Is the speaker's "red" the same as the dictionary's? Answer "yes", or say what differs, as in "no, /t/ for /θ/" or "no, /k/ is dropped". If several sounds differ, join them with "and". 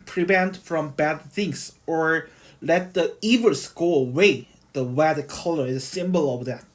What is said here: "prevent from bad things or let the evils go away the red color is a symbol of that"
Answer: no, /w/ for /ɹ/